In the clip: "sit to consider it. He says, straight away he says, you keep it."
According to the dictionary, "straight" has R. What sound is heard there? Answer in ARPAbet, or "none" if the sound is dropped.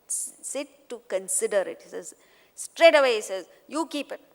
R